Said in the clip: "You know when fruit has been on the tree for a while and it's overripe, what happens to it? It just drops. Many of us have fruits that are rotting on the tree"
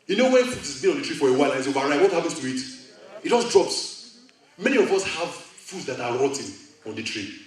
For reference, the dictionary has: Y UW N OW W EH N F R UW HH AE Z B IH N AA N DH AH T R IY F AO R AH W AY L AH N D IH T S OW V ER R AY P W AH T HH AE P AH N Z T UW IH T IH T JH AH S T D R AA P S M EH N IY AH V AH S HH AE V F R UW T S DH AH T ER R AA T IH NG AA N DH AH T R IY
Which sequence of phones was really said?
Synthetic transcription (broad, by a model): Y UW N OW W EH N F UW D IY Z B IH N AA N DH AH T R IY F AO R AH W AY L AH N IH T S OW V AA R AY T W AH T HH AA P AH N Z T UW IH T IH T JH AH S D R AA P S M EH N IY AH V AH S HH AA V F UW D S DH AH T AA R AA T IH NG AA N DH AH T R IY